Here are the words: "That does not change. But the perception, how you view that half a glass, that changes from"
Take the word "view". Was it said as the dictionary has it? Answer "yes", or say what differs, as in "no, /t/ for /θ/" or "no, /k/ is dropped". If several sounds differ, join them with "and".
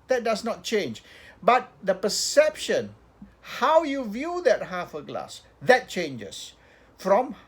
yes